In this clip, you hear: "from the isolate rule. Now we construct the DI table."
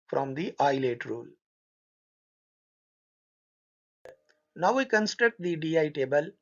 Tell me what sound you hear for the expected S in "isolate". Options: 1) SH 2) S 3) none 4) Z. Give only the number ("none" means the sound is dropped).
3